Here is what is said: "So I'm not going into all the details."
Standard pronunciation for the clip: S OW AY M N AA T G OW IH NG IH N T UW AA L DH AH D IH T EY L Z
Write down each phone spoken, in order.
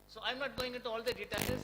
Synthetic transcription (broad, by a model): S OW AY M N AA T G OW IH NG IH T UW AA L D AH D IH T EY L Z